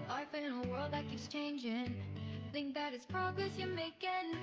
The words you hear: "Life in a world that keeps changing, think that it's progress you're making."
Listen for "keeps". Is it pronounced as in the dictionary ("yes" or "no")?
no